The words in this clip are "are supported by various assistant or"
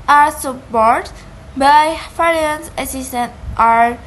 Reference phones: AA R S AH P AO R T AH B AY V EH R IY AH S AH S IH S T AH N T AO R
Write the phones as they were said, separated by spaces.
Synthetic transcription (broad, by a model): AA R S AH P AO R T B AY F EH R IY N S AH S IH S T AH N T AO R